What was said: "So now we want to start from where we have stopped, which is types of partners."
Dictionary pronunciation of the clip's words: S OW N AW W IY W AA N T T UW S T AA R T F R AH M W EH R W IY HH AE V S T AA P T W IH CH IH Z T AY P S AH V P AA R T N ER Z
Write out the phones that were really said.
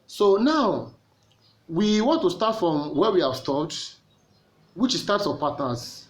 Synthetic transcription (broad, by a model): S OW N AW W IY W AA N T T UW S T AA T F R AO M W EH W IY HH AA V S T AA T W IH CH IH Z T AY P S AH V P AA T N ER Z